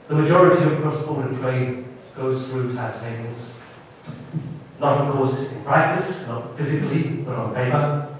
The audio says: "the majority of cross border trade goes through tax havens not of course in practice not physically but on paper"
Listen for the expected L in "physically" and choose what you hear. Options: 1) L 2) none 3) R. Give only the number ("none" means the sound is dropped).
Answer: 1